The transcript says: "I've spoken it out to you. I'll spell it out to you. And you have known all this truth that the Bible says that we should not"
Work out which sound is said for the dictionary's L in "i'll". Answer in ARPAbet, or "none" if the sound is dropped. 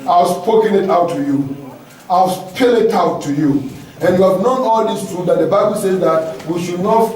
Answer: W